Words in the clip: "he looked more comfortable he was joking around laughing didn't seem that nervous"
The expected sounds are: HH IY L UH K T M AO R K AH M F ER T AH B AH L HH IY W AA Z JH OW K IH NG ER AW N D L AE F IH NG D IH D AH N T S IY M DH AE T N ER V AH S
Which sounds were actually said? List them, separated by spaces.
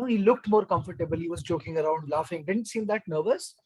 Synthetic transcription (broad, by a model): HH IY L UH K T M AO R K AH M F ER T AH B AH L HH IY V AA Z JH OW K IH NG ER AW N D L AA F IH NG D IH D AH N T S IY M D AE T N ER V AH S